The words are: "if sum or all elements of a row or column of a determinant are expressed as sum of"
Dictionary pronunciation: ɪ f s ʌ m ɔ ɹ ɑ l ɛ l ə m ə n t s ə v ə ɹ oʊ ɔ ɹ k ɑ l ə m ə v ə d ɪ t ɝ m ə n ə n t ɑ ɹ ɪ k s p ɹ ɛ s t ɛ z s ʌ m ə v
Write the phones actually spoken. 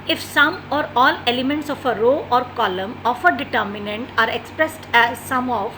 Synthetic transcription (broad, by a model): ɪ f s ʌ m ɔ ɹ ɑ l ɛ l ə m ə n t s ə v ə ɹ oʊ ɔ ɹ k ɑ l ə m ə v ə d ɪ t ɝ m ə n ə n t ɑ ɹ ɪ k s p ɹ ɛ s t ɛ z s ʌ m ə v